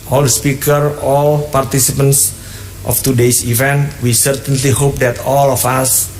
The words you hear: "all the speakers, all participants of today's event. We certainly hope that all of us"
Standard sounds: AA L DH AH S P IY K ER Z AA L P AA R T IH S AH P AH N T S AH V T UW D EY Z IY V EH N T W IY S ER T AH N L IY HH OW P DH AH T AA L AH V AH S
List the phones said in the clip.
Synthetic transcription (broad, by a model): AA L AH S P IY K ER AA L P AA R T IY S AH P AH N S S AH F T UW D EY S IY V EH N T W IY S ER T AH N L IY HH OW P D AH T AA L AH F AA S